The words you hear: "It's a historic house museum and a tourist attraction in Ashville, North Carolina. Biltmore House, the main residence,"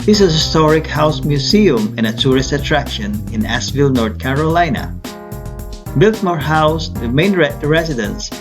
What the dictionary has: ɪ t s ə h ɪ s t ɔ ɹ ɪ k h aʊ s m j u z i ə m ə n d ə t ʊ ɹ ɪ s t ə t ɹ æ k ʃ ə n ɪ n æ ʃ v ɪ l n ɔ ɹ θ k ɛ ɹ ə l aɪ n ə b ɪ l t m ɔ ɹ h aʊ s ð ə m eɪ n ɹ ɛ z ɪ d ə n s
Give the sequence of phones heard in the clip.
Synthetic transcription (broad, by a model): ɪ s ə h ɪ s t ɔ ɹ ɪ k h aʊ s m j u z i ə m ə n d ə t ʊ ɹ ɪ s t ə t ɹ æ k ʃ ə n ɪ n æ s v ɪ l n ɔ ɹ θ k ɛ ɹ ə l aɪ n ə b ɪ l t m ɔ ɹ h aʊ s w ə m eɪ n ɹ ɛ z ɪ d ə n s